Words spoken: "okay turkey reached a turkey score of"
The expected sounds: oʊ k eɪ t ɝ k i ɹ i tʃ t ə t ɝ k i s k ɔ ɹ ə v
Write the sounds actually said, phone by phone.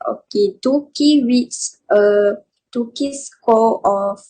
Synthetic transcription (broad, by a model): oʊ k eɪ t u k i w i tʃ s ə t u k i s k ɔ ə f